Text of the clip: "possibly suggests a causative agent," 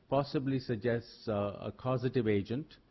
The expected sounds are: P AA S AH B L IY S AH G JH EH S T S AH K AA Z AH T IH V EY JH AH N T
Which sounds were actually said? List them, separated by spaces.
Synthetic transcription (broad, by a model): P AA S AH B L IY S AH G JH EH S T S AH K AA Z AH T IH V EY JH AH N T